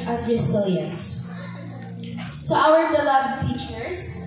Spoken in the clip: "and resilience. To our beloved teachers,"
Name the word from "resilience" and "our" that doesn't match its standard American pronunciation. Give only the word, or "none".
resilience